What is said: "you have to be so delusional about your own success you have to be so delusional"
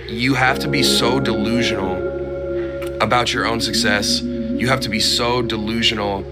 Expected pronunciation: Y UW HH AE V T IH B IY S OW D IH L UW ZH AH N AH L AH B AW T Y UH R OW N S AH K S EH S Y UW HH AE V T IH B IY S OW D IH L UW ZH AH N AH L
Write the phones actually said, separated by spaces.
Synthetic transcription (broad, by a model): Y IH HH AE F T IH B IY S OW D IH L UW ZH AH N L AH B AW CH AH R OW N S AH K S EH S Y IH HH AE F T IH B IY S OW D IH L UW ZH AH N L